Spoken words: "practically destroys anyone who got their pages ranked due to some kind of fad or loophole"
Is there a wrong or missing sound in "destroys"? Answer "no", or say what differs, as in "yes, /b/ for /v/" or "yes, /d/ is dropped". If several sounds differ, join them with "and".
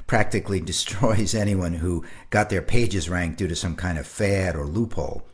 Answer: no